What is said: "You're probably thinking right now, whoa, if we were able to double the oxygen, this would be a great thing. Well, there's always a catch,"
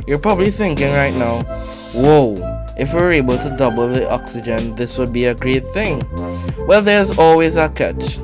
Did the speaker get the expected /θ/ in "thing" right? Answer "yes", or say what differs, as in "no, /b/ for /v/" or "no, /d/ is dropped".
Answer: yes